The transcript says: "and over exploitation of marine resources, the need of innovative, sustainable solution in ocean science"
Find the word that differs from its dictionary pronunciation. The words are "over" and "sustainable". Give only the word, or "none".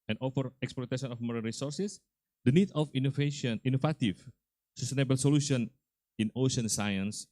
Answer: over